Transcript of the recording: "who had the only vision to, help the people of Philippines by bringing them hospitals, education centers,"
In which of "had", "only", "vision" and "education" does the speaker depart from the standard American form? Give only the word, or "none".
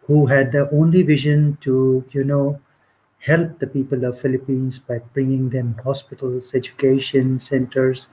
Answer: none